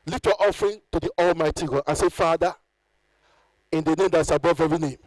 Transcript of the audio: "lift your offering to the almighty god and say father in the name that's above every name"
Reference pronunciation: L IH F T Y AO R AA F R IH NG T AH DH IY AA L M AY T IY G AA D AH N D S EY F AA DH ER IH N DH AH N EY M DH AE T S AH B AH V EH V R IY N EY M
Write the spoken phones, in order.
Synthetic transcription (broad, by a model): L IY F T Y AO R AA F R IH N T AH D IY AA L M AY T IY G AA D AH N S EY F AA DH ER IH N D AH N EY M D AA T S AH B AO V EH V R IY N EY M